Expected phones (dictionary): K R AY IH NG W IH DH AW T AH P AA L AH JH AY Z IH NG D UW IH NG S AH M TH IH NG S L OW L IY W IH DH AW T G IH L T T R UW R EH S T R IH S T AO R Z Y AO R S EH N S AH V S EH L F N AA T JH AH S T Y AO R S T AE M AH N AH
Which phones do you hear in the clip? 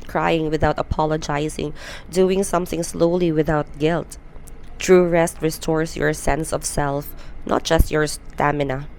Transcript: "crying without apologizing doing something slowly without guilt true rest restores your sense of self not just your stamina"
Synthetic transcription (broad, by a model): K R AY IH NG W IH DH AW T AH P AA L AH JH AY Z IH NG D UW IH NG S AH M TH IH NG S L OW L IY W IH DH AW T G IH L T T R UW R EH S T R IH S T AO R S Y AO R S EH N S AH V S EH L F N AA T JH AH S T Y AO R S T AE M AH N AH